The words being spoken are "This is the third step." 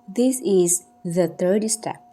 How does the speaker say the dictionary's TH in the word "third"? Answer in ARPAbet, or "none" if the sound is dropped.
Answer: T